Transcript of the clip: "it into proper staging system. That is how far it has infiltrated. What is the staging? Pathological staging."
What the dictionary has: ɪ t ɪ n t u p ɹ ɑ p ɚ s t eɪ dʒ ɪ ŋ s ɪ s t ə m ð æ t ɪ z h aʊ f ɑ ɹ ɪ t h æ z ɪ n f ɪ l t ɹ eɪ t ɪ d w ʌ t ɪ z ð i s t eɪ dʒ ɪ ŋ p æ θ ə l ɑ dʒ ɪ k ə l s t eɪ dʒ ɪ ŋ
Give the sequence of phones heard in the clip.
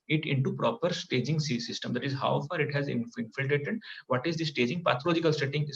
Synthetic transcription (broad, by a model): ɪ t ɪ n t u p ɹ ɑ p ɚ s t eɪ dʒ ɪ ŋ s ɪ s t ə m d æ t ɪ z h aʊ f ɑ ɹ ɪ t h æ z ɪ n f ɪ l t ɹ eɪ t ɪ d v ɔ t ɪ z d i s t eɪ dʒ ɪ ŋ p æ t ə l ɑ dʒ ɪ k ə l s t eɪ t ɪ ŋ